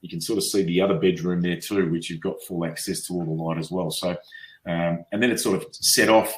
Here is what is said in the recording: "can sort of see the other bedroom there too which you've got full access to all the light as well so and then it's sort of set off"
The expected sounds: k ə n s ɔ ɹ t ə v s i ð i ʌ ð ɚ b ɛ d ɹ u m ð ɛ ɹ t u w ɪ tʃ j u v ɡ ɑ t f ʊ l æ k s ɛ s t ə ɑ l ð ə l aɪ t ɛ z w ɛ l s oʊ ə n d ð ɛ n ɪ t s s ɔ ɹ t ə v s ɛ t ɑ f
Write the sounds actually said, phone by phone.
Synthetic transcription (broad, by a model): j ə n s ɔ ɹ t ə v s i ð i ʌ ð ɚ b ɛ d ɹ u m ð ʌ ɹ t u w ɪ tʃ j u v ɡ ɑ t f ʊ l æ k s ɛ s t ə ɑ l ð ə l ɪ t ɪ z w ɛ l s oʊ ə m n ð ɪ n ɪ t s s ɔ ɹ t ə v s ɛ t ɑ f